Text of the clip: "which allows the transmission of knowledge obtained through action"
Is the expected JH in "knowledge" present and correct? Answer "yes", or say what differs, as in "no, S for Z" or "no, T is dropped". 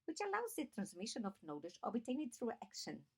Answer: no, SH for JH